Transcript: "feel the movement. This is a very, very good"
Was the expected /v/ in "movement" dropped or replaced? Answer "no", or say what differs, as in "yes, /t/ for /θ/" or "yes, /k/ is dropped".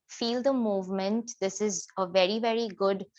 no